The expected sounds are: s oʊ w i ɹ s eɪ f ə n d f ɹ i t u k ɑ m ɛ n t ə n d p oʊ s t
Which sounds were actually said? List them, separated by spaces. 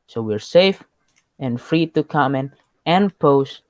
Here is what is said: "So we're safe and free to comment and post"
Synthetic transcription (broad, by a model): s oʊ w i ɹ s eɪ f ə n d f ɹ i t u k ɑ m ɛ n ə n p oʊ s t